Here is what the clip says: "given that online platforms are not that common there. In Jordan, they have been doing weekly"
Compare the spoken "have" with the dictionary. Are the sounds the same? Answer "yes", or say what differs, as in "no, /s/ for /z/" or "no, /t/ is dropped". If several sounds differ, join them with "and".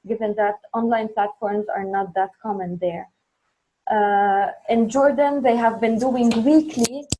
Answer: yes